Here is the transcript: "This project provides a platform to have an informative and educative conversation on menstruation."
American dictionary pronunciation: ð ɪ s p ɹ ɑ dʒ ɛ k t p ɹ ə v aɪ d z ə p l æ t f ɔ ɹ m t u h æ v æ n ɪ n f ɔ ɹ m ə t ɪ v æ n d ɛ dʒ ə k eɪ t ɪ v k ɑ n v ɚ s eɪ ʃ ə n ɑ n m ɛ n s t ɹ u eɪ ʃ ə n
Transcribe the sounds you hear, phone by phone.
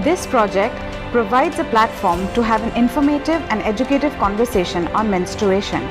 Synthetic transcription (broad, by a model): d ɪ s p ɹ ɑ dʒ ɛ k t p ɹ ə v aɪ d z ə p l æ t f ɔ ɹ m t u h æ v æ n ɪ n f ɔ ɹ m ə t ɪ v æ n d ɛ dʒ ə k eɪ t ɪ v k ɑ n v ɚ s eɪ ʃ ə n ɑ n m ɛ n s t ɹ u eɪ ʃ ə n